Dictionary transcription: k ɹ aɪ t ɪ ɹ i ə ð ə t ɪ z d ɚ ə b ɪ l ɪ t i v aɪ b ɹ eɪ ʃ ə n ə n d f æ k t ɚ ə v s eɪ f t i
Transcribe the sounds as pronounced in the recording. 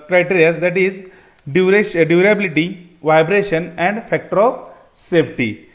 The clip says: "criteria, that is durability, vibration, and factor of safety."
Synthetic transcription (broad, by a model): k ɹ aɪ t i ɹ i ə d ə t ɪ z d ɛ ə b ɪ l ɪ t i v aɪ b ɹ eɪ ʃ ə n ə n d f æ k t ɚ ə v s eɪ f t i